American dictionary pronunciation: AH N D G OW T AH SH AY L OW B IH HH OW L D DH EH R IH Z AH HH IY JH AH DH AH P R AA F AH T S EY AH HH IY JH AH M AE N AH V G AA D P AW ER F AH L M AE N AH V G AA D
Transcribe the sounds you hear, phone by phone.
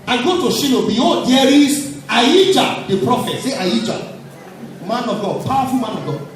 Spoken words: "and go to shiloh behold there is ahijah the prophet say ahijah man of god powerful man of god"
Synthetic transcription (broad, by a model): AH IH G OW T AH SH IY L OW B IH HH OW D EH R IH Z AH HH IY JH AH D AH P R AA F AH T S EY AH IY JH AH M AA N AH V G AA D P AW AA F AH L M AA N AH V G AA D